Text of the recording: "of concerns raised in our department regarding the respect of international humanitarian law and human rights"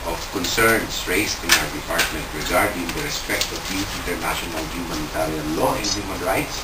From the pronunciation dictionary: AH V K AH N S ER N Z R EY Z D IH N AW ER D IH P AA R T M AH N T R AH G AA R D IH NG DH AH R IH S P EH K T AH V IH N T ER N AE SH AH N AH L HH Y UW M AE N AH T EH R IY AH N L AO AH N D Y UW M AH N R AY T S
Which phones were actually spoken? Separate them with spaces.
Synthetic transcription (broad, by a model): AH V K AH N S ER N S R EY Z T IH N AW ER D IH P AA R T M AH N T R AH G AA R D IH NG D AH R IH S P EH K T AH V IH N T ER N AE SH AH N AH L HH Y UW M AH N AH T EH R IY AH N L AO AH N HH Y UW M AH N R AY T S